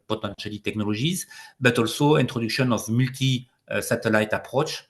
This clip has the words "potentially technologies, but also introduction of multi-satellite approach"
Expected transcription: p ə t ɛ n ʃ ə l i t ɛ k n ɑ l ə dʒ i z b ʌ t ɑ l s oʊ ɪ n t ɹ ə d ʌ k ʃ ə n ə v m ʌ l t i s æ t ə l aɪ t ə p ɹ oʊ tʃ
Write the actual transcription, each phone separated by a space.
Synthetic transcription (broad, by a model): p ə t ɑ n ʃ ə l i t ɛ k n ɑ l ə ʒ i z b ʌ t ɑ l s oʊ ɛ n t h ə d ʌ k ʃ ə n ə f m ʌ l t i s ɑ t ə l aɪ t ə p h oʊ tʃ